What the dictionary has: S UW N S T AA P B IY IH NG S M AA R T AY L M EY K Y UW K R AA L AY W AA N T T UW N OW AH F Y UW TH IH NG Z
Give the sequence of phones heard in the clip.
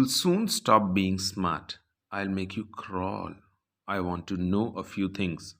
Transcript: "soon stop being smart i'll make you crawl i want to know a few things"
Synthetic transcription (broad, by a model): S UW N S T AA P B IY IH NG S M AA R T AY L M EY K Y UW K R AA L AY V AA N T T UW N OW AH F Y UW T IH NG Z